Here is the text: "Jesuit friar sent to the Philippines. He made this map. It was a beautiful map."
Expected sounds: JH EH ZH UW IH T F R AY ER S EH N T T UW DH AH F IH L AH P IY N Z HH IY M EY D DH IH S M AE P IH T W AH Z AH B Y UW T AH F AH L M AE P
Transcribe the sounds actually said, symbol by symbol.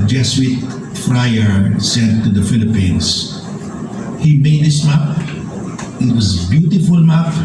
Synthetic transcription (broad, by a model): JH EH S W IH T F R AY ER S EH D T T UW DH AH F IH L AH P IY N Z HH IY M EY D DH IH S M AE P IH T W AH Z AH B Y UW T AH F AH L M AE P